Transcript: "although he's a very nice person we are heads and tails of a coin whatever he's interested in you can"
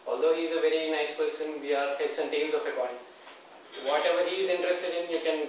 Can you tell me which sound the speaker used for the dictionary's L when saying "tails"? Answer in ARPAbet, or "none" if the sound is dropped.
N